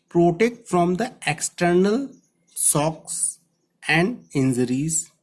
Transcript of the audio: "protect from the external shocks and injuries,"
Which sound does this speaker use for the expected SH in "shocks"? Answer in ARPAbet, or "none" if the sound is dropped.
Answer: S